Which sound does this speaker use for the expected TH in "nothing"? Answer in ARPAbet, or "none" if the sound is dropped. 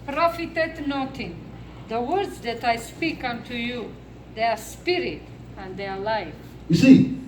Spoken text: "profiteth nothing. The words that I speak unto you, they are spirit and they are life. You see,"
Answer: T